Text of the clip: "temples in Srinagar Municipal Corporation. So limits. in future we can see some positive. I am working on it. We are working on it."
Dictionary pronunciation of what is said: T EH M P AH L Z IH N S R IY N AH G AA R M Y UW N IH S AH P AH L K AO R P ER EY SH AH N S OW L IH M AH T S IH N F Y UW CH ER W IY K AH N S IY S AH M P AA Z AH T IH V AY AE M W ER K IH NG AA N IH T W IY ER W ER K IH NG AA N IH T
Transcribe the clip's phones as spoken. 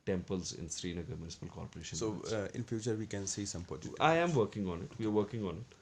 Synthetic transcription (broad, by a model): T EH M P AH L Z IH N S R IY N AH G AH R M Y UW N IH S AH P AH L K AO R P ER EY SH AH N S OW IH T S IH N F Y UW CH ER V IY K AH N S IY S AH M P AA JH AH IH AY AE M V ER K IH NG AA N IH T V IY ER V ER K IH NG AA N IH T